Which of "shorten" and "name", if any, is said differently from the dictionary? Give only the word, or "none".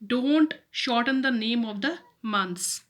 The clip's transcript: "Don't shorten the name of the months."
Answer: none